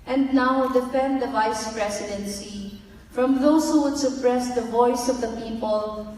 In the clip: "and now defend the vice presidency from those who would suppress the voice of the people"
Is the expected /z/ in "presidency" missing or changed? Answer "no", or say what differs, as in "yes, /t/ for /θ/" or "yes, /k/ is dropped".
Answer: yes, /s/ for /z/